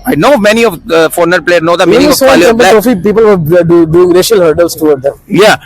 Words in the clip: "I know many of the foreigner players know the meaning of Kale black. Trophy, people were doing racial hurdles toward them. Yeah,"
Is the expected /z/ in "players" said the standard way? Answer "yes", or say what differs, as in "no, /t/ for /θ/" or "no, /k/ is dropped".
no, /z/ is dropped